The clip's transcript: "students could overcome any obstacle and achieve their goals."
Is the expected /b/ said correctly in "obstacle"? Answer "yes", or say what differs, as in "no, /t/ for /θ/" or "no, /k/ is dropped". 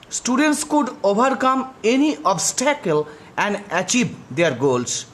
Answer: yes